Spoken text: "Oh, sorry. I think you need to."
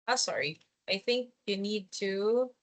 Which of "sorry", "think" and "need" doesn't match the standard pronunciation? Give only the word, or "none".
none